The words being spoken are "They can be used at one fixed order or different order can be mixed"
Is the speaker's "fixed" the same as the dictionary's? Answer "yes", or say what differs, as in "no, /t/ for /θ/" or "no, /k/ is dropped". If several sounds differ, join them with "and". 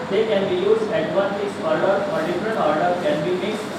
no, /t/ is dropped